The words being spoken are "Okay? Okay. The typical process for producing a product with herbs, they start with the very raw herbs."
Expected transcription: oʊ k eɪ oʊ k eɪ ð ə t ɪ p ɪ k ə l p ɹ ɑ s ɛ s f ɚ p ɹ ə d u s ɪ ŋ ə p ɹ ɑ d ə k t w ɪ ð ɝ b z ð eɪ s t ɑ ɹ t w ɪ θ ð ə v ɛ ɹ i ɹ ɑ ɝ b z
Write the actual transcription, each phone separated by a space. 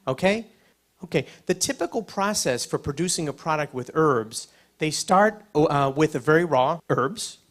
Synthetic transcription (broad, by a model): oʊ k eɪ oʊ k eɪ ð ə t ɪ p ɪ k l p ɹ ɑ s ɛ s f ɚ p ɹ ə d u s ɪ ŋ ə p ɹ ɑ d ə k t w ɪ ð ɝ b z ð eɪ s t ɑ ɹ t w ɪ ð ə v ɛ ɹ i ɹ ɑ ɝ b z